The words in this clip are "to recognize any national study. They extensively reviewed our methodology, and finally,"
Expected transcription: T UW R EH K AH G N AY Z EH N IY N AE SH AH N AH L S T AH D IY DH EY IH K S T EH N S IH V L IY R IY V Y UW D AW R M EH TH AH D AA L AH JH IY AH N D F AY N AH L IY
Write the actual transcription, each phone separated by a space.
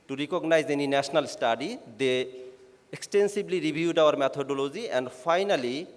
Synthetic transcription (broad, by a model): T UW R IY K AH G N AY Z EH N IY N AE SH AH N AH L S T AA D IY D EY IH K S T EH N S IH B L IY R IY B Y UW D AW R M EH T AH D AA L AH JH IY AH N D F AY N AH L IY